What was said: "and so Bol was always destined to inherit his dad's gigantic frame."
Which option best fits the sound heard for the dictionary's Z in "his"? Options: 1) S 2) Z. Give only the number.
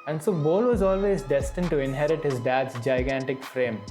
2